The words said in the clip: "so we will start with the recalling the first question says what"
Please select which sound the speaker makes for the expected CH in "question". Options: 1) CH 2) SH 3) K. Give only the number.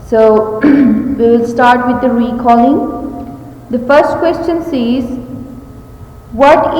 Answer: 1